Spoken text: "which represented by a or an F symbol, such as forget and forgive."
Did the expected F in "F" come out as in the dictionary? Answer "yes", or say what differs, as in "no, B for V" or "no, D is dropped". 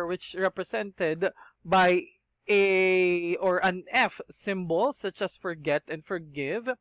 yes